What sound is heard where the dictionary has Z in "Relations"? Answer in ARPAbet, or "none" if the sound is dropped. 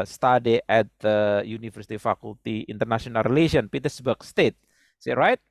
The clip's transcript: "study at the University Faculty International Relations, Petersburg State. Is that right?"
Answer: none